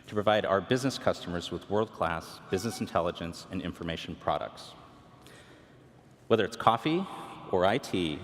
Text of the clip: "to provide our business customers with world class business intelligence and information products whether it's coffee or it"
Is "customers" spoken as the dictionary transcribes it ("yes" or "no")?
yes